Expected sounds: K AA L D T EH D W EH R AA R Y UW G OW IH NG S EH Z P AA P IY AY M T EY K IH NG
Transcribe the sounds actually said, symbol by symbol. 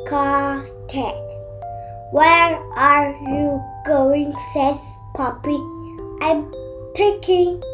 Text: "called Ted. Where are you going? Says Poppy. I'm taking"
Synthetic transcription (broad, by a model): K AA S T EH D W EH R AA R Y UW G OW IH NG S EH S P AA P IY AY M T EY K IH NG